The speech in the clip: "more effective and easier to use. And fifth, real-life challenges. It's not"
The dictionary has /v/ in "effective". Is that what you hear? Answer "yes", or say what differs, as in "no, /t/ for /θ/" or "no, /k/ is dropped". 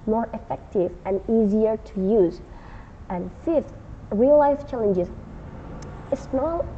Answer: yes